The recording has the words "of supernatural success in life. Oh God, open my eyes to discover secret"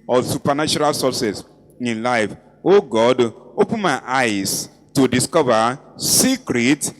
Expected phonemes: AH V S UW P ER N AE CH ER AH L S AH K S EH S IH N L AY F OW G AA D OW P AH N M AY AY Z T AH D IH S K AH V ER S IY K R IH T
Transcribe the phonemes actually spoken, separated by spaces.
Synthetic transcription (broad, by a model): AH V S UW P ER N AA CH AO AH L S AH S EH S IH N L AY F OW G AA D OW P AH N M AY AY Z T AH D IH S K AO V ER S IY K R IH T